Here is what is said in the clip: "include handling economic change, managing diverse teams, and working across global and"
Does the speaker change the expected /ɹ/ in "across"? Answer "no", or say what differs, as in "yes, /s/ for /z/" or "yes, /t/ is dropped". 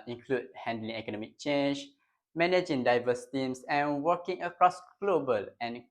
no